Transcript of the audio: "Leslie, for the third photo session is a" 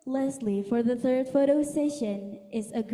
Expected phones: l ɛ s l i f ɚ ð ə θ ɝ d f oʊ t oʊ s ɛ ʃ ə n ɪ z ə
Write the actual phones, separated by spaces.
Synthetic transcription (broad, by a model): l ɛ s l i f ɚ ð ə θ ɝ d f oʊ t oʊ s ɛ ʃ ə n ɪ z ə